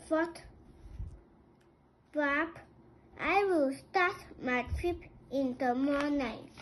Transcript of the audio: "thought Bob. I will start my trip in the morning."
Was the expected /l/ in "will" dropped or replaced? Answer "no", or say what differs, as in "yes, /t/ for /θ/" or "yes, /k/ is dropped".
no